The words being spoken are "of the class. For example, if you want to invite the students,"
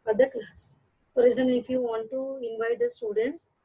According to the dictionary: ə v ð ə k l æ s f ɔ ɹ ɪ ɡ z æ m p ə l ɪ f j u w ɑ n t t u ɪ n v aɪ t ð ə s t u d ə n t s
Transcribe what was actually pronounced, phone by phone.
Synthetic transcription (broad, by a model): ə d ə k l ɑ s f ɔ ɹ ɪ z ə n ɪ f j u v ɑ n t t u ɪ n v aɪ t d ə s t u d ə n t s